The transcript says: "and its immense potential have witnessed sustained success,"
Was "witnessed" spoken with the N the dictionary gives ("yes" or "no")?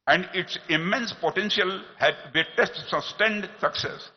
no